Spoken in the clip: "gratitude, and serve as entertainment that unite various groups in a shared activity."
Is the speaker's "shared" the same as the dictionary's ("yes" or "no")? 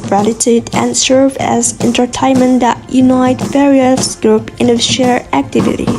no